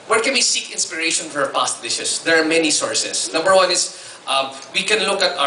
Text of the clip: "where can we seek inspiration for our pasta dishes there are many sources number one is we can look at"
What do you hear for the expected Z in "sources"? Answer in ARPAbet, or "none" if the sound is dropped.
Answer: S